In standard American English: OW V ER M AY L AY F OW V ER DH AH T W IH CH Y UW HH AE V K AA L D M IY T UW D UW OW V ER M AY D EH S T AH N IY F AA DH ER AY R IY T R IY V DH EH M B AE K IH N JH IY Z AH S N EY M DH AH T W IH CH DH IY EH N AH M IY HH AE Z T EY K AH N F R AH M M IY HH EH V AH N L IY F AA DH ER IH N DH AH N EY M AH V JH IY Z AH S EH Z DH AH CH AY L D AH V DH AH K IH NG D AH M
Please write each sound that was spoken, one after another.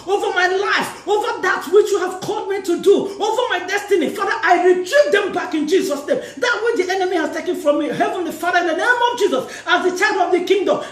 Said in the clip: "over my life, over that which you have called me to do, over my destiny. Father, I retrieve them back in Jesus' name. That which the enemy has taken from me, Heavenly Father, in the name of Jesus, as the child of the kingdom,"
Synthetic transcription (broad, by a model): OW V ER M AY L AY F OW V ER DH AH T W IH CH Y UW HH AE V K AA L D M IY T UW D UW OW V ER M AY D EH S T AH N IY F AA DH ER AY R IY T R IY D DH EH M B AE K IH N JH IY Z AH S N EY M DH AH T W IH CH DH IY EH N AH M IY HH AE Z T EY K AH N F R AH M M IY HH EH V AH N L IY F AA DH ER IH N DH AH N EY M AH V JH IY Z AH S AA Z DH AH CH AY D AH V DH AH K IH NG D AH M